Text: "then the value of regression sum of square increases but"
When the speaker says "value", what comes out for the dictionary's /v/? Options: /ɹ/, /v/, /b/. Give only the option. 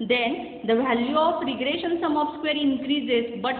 /v/